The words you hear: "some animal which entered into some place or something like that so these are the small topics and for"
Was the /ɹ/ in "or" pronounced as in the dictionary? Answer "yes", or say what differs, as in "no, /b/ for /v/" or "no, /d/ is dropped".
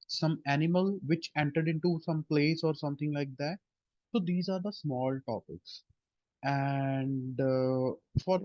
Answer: yes